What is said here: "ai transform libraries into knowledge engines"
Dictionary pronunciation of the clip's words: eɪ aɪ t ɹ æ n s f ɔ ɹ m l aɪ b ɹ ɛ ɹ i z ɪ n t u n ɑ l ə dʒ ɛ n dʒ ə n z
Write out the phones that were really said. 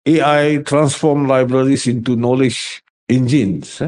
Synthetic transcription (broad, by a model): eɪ aɪ t ɹ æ n s f ɔ m l aɪ b ɹ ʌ ɹ i s ɪ n t u n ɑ l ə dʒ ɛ n dʒ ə n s